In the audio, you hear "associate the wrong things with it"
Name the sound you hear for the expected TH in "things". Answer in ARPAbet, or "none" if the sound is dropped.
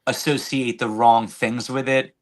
TH